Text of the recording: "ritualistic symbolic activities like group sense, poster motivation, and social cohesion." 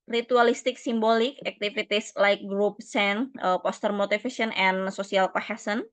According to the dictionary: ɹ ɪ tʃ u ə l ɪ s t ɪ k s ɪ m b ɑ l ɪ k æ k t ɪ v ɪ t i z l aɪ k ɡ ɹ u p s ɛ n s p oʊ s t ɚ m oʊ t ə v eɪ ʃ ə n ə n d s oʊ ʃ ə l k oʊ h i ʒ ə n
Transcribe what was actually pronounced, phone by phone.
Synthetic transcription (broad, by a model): ɹ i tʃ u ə l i s t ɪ k s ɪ m b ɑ l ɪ k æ k t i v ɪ t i s l aɪ k ɡ ɹ u p s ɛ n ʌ p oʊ s t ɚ m oʊ t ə f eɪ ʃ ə n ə n s oʊ s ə l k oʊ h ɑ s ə n